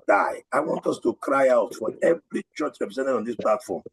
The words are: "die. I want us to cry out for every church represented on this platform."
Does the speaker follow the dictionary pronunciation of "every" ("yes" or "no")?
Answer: yes